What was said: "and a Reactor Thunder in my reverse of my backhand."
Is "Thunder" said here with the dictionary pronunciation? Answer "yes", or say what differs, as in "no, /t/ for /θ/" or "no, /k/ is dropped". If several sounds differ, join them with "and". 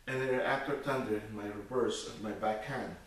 no, /t/ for /θ/